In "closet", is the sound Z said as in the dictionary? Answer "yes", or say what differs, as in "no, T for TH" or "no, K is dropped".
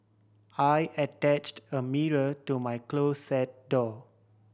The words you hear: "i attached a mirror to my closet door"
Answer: no, S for Z